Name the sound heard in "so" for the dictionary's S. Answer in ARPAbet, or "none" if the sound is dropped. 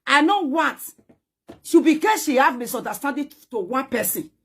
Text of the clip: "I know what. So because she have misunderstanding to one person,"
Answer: SH